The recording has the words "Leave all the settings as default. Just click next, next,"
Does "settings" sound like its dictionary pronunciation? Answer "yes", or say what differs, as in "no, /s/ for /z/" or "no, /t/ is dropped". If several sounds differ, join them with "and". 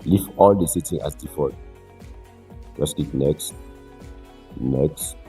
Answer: no, /z/ is dropped